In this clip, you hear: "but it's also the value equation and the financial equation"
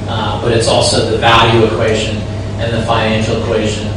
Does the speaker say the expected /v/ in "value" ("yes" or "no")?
yes